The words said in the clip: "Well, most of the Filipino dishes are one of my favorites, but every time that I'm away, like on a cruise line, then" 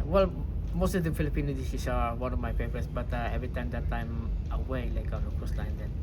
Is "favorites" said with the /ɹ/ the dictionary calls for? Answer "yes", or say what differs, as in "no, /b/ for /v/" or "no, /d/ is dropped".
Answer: no, /ɹ/ is dropped